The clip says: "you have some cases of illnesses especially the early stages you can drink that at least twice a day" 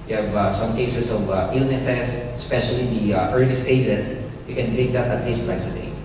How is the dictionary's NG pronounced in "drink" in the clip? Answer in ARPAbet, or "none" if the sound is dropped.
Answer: none